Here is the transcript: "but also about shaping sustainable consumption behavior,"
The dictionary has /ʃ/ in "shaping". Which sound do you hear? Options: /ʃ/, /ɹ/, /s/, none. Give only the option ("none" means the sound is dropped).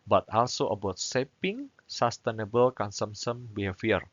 /s/